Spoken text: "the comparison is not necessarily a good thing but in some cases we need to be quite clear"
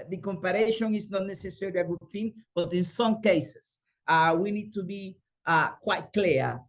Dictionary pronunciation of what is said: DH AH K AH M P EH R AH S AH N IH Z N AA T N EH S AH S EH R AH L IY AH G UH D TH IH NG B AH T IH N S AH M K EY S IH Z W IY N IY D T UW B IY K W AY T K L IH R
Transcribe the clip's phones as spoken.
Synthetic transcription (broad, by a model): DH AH K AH M P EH R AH SH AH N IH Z N AA T N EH S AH S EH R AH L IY AH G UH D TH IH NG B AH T IH N S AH M K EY S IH S W IY N IY D T UW B IY K W AY T K L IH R